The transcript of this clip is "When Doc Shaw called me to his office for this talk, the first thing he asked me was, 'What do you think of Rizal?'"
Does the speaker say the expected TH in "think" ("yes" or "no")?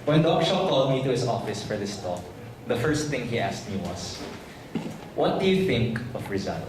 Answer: yes